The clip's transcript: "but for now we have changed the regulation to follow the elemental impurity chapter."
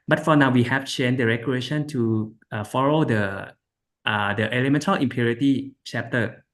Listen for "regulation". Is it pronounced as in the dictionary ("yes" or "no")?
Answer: no